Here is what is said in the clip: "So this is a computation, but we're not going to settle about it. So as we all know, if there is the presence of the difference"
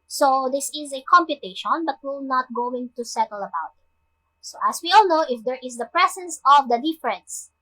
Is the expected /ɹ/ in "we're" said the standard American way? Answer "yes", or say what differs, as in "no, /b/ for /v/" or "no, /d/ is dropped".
no, /l/ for /ɹ/